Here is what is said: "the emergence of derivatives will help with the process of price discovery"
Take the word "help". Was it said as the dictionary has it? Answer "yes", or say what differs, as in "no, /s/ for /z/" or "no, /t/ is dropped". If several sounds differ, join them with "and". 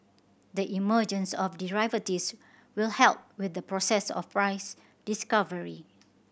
yes